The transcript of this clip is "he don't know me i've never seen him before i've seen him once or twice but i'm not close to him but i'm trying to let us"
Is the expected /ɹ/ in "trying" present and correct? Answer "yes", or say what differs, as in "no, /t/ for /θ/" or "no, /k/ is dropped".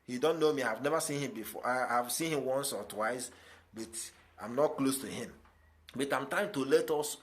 no, /ɹ/ is dropped